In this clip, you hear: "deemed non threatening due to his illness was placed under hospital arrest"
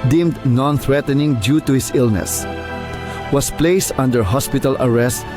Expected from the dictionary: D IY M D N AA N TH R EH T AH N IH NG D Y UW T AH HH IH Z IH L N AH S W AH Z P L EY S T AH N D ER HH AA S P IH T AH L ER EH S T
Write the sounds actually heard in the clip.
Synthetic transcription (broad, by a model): D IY M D N AA N TH R EH T AH N IH NG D Y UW T AH HH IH S IH L N AH S W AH S P L EY S T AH N D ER HH AA S P IH T AH L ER EH S T